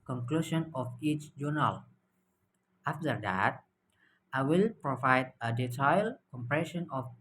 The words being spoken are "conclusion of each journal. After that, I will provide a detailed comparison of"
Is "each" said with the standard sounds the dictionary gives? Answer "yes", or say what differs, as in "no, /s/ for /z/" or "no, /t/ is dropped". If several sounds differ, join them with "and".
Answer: yes